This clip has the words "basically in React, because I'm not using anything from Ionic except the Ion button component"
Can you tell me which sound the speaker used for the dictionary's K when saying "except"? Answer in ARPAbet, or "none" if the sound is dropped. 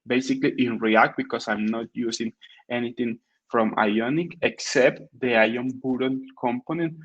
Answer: K